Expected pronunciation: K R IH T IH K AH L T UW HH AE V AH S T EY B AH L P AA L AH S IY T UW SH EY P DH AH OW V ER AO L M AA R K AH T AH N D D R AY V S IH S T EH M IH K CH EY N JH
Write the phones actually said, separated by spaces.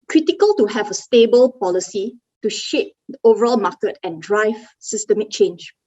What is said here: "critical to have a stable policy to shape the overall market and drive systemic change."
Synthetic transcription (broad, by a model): K R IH T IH K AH L T UW HH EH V AH S T EY B AH L P AA L AH S IY T UW SH EY P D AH OW V ER AO L M AA K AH T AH N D D R AY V S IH S T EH M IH K CH EY N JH